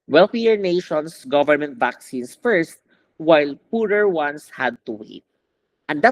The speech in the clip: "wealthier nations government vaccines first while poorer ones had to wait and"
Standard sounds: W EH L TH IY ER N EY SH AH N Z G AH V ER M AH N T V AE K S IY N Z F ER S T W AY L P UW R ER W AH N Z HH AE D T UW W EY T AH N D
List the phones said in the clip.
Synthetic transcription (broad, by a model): W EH L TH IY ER N EY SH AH N S G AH V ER M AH N T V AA K S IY N S F ER S T W AY L P UW R ER W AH N S HH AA D T UW W EY T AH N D